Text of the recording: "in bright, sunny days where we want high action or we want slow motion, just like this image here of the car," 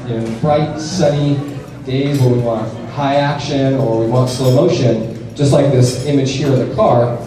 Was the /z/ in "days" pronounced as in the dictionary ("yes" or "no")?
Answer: yes